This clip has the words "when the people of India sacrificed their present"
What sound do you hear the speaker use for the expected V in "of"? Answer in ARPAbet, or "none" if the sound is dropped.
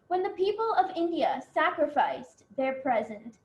V